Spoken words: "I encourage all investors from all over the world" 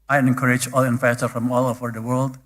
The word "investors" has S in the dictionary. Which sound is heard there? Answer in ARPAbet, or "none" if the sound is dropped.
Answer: none